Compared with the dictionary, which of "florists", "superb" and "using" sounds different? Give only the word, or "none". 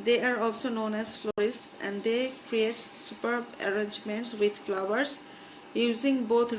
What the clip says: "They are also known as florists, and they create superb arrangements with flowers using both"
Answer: none